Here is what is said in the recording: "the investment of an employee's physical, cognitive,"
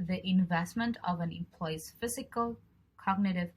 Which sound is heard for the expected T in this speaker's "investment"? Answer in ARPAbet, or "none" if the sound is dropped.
T